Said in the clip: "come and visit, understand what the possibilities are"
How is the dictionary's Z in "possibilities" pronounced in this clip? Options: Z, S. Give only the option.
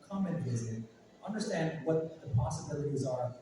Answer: Z